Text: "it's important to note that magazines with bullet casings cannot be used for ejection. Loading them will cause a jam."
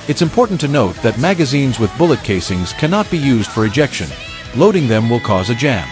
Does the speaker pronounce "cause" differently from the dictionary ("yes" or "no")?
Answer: no